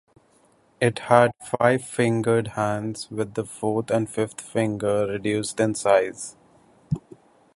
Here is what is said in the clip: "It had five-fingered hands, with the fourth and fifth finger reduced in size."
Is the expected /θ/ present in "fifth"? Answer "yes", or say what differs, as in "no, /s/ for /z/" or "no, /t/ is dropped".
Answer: no, /t/ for /θ/